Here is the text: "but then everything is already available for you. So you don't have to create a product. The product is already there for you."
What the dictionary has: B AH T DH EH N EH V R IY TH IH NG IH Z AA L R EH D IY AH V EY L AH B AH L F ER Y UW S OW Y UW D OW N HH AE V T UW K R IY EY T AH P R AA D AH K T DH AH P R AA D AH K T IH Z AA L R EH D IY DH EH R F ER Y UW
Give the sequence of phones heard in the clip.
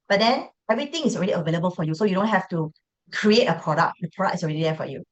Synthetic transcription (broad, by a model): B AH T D EH N EH V R IY T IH NG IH S AA L R EH D IY AH V EY L AH B AH L F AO Y UW S OW Y UW D OW N HH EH F T UW K R IY EY T AH P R AA D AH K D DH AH P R AA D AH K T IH S AA L R EH D IY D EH F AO Y UW